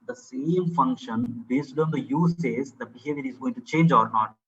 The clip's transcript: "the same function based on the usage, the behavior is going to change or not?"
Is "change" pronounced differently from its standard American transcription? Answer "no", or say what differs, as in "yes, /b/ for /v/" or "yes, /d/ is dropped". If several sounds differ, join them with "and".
no